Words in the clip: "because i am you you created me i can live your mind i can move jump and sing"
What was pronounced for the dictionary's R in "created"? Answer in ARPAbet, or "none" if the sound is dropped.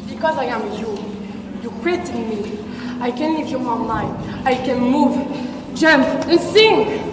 W